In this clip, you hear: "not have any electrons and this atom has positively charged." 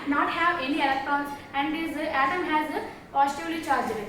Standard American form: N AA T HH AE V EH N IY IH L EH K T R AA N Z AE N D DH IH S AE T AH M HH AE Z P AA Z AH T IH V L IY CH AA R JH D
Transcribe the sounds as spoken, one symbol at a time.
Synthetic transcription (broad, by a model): N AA T HH AE V EH N IY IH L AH T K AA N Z AE N D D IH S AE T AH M HH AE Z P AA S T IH L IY CH AA R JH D